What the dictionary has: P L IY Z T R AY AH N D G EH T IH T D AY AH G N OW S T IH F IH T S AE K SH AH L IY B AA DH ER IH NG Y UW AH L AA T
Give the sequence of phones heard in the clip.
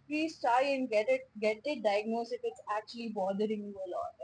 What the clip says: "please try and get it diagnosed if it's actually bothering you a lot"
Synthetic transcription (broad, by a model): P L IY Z T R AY AH N D G EH T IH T D AY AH G N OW S IH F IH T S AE K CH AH L IY B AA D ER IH NG Y UW AH L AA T